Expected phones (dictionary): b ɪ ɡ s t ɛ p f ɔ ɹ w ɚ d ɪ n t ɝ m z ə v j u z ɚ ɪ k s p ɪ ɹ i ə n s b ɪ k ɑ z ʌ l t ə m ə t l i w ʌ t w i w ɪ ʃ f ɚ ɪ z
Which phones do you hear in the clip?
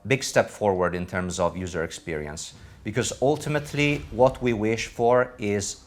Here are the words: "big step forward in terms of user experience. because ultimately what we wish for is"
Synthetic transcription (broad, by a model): b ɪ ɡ s t ɛ p f ɔ ɹ w ɚ d ɪ n t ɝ m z ə v j u z ɚ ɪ k s p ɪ ɹ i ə n s b ɪ k ɑ z ʌ l t ə m ə t l i w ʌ t w i w ɪ ʃ f ɚ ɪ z